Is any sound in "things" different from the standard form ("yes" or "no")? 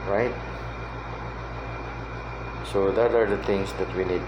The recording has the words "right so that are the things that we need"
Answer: yes